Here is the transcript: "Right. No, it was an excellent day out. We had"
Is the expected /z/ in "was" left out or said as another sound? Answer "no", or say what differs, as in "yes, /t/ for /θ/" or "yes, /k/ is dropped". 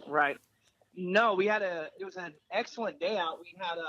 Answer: no